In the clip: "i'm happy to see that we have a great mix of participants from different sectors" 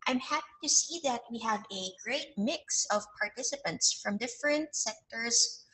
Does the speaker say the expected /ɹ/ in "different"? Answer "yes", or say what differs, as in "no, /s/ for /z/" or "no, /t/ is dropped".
yes